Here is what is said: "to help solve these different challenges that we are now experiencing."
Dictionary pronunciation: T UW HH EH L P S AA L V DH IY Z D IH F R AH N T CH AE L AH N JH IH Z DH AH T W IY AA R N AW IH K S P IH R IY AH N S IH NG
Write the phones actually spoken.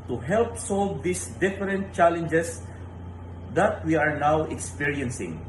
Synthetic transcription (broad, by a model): T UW HH EH L P S AA L V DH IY S D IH F R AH N T CH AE L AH N JH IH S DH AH T W IY AA R N AW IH K S P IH R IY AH N S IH NG